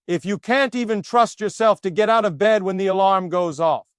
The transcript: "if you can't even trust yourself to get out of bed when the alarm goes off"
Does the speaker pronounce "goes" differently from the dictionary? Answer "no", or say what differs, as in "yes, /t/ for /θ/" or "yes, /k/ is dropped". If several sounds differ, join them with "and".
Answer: no